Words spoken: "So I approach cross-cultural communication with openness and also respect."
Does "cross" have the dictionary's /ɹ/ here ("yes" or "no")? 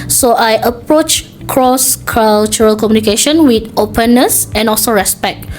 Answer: yes